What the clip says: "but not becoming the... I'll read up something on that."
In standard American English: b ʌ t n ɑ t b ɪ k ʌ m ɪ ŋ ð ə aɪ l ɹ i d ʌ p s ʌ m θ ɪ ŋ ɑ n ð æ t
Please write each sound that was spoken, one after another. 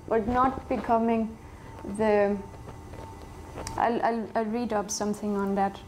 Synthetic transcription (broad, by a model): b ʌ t n ɑ t b ɪ k ʌ m ɪ ŋ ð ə aɪ l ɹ i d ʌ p s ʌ m t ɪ ŋ ɑ n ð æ t